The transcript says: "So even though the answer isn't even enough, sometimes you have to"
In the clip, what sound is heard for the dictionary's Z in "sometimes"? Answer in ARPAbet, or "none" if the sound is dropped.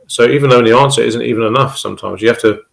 Z